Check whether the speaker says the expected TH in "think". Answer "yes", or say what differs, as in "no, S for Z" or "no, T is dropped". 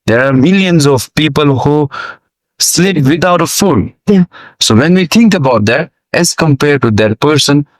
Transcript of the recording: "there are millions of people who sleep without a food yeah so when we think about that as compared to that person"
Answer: no, T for TH